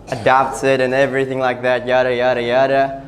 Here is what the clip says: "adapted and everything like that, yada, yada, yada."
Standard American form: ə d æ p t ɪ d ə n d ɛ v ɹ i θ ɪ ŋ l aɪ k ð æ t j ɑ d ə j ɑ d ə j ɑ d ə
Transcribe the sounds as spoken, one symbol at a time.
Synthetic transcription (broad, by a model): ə d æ p t ɪ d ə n ɛ v ɹ i θ ɪ ŋ l aɪ k ð æ t j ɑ d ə j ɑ d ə j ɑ d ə